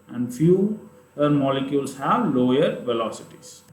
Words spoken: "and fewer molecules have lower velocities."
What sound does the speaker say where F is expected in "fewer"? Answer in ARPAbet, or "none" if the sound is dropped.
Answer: F